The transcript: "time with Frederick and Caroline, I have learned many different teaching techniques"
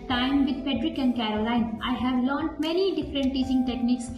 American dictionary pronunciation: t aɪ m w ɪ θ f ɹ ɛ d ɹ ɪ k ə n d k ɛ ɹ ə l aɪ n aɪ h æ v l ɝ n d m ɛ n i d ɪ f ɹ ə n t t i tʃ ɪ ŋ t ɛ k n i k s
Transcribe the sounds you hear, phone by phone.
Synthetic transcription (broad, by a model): t aɪ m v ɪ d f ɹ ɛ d ɹ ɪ k ə n d k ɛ ɹ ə l aɪ n aɪ h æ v l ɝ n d m ɛ n i d ɪ f ɹ ə n t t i s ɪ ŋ t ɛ k n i k s